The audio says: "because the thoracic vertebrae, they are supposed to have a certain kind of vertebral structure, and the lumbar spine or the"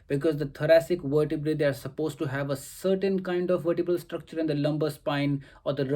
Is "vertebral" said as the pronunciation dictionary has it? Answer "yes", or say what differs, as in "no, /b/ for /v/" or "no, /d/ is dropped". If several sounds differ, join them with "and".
no, /ɹ/ is dropped